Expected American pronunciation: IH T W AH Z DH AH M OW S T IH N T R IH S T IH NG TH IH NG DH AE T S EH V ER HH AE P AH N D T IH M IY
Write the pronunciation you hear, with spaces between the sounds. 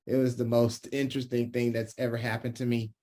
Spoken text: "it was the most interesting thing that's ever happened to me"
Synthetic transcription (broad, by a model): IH T W AH Z DH AH M OW S T IH N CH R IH S T IH NG TH IH NG DH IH T S EH V ER HH AE P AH N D T IH M IY